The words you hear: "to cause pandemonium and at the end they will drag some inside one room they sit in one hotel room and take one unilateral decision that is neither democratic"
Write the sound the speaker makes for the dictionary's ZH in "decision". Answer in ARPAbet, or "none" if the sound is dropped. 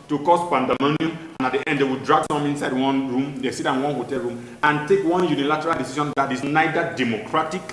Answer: SH